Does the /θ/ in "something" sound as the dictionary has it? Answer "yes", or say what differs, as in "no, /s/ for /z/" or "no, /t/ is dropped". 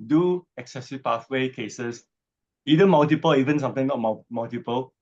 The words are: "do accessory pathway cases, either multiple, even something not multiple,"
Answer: no, /t/ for /θ/